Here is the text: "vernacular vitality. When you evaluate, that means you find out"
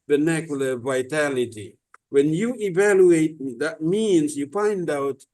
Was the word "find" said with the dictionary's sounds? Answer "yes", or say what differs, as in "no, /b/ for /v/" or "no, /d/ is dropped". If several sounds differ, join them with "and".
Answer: no, /p/ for /f/